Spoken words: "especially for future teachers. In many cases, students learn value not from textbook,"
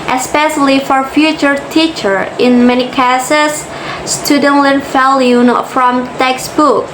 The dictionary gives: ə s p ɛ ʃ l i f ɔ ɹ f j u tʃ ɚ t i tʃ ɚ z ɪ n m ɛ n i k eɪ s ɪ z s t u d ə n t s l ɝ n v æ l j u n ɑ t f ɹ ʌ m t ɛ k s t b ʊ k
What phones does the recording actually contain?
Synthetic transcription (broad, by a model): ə s p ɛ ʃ l i f ɔ ɹ f j u tʃ ɚ t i tʃ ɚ ɪ n m ɛ n i k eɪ s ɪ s s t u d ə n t l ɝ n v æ l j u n f ɹ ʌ m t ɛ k s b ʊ k